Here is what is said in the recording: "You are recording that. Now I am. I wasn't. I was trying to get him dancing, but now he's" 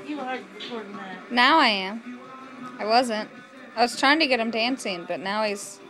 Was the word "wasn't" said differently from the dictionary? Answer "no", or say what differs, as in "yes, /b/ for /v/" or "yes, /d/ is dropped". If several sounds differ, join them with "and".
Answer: no